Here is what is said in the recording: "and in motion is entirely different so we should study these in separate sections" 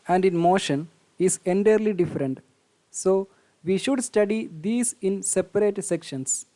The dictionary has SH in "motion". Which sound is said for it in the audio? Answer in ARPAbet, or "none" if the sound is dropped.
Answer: SH